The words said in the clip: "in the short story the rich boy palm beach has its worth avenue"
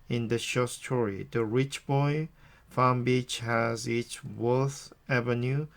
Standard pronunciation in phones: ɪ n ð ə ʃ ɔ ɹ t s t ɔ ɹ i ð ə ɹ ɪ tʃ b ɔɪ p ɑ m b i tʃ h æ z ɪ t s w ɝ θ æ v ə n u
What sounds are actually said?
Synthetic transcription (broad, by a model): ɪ n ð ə ʃ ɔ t s t ɔ ɹ i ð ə ɹ ɪ tʃ b ɔɪ f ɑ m b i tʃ h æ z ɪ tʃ w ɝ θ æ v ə n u